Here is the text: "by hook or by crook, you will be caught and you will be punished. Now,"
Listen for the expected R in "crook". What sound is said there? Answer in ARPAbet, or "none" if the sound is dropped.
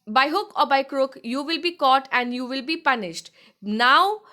R